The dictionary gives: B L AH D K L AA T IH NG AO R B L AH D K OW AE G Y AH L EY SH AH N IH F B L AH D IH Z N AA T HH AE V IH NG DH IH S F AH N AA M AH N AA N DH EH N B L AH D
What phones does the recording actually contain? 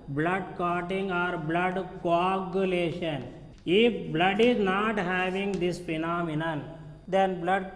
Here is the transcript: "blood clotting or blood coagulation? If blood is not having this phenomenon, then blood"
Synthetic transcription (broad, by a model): B L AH D K AA T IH NG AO R B L AH D K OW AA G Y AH L EY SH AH N IH F B L AH D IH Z N AA T HH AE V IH NG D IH S P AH N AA M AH N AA N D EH N B L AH D